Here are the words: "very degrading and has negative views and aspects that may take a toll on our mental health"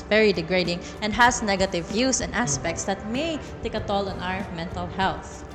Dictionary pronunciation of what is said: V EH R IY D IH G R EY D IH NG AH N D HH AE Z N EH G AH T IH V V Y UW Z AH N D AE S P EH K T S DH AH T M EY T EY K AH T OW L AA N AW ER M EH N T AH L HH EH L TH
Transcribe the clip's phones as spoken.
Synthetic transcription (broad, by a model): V EH R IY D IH G R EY D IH NG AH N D HH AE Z N EH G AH T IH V V Y UW S AH N D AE S P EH K T S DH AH T M EY T EY K AH T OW L AA N AW ER M EH N T AH L HH EH L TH